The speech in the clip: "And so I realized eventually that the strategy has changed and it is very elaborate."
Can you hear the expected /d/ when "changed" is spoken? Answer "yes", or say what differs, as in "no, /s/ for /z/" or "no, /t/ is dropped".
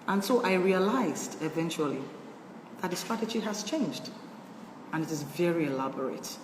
yes